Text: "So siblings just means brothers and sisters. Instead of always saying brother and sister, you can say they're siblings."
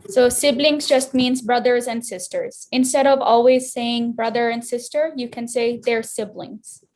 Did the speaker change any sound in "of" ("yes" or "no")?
no